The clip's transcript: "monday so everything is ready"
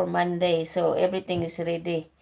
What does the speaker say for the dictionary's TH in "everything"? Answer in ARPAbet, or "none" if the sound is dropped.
T